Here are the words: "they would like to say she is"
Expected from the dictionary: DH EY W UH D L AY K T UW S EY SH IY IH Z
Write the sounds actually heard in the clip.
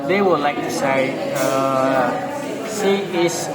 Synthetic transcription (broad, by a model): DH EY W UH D L AY K T UW S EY S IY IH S